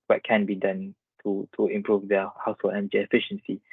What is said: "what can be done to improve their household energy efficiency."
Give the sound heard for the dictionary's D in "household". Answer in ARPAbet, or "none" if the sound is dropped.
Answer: none